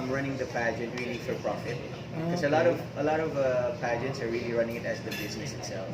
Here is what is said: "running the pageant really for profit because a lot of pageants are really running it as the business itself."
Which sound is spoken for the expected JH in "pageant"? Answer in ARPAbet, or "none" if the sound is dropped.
JH